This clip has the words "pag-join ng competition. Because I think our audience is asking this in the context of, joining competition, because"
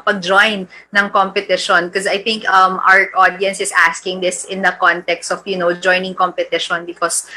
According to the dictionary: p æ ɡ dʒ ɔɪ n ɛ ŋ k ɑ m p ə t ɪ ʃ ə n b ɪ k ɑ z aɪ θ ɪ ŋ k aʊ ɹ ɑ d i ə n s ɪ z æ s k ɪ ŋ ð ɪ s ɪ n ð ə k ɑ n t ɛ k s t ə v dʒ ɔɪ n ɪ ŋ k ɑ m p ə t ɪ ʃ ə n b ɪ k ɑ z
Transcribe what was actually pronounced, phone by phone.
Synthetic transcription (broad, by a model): p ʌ ɡ dʒ ɔɪ n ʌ ŋ k ɑ m p ə t ɪ ʃ ə n k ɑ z aɪ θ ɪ ŋ k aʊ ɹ ɑ d i ə n s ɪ s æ s k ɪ ŋ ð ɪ s ɪ n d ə k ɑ n t ɛ k s t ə w dʒ ɔɪ n ɪ ŋ k ɑ m p ə t ɪ ʃ ə n b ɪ k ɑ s